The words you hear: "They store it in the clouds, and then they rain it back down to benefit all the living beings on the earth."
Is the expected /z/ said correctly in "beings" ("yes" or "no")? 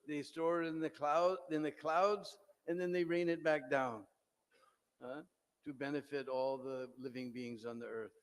yes